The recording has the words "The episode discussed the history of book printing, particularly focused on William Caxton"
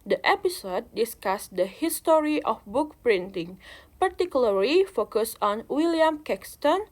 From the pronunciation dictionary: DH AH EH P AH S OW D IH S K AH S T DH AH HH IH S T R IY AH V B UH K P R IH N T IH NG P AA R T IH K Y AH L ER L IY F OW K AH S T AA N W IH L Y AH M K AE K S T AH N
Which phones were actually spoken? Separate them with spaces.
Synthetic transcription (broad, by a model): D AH EH P AH S OW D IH S K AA S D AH HH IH S T R IY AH F B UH K P R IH N T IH NG P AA R T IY K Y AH L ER L IY F OW K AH S AA N W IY L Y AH M K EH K S T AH N